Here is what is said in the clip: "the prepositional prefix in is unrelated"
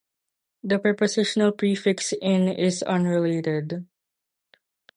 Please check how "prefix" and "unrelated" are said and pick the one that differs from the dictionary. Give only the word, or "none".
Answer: none